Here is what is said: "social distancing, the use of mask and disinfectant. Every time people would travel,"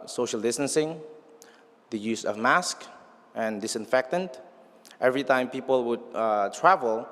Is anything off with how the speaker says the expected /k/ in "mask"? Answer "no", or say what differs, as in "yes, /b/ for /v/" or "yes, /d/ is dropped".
no